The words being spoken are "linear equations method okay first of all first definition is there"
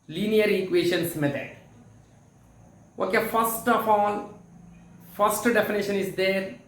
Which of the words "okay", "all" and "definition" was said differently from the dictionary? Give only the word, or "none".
all